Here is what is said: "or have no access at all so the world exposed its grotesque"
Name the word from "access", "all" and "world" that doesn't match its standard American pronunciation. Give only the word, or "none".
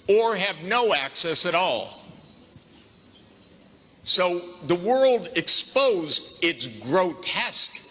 none